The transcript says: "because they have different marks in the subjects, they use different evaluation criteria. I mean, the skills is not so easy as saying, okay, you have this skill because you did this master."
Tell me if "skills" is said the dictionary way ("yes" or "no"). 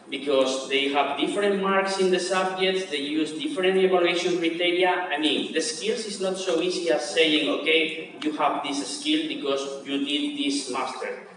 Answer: no